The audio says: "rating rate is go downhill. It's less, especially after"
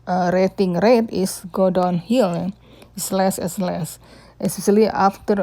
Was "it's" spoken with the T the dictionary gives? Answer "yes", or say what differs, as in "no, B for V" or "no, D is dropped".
no, S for T